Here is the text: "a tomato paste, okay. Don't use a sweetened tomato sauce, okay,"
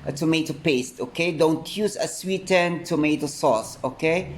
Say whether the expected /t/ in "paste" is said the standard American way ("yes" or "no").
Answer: yes